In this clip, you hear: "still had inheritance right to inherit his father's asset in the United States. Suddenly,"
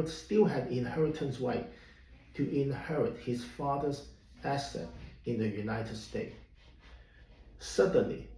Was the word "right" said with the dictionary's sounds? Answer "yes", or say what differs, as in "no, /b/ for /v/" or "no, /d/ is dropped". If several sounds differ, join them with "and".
no, /w/ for /ɹ/